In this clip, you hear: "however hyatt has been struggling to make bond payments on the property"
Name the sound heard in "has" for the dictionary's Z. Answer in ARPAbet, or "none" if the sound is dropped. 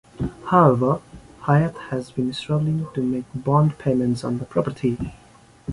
Z